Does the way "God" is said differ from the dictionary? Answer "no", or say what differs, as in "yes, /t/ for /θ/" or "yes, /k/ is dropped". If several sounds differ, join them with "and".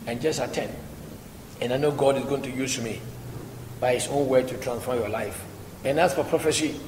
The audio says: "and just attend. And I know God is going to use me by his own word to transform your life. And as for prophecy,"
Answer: no